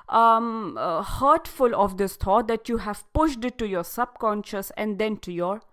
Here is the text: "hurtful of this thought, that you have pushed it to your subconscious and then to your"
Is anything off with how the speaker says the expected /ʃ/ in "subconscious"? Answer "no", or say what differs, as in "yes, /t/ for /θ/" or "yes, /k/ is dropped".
no